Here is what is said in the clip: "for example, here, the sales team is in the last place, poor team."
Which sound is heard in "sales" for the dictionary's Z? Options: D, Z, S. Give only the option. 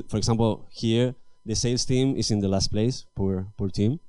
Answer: S